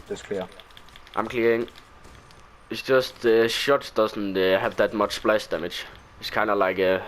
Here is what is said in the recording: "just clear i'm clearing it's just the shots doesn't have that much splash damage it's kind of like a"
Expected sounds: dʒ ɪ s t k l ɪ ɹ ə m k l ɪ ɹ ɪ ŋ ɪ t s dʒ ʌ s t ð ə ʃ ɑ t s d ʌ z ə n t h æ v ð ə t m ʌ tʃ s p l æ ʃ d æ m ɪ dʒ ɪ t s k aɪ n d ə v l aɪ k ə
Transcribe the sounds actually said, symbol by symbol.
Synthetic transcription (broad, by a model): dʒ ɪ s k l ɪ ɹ ə m k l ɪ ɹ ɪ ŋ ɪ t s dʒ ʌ s t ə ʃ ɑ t d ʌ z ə n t h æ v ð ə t m ʌ tʃ s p l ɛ s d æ m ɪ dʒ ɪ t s k aɪ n ə l aɪ k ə